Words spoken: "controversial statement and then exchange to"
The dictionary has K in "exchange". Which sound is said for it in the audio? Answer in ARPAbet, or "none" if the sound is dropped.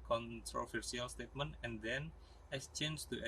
none